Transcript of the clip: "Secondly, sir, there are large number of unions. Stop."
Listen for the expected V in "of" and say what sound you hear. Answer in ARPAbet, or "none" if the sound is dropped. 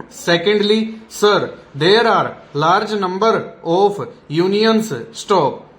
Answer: P